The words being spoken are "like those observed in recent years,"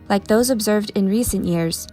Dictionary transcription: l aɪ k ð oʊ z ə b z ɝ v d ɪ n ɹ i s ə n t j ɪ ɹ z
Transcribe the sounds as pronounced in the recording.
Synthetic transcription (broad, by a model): l aɪ k ð oʊ z ə b z ɝ v d ɪ n ɹ i s ə n t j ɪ ɹ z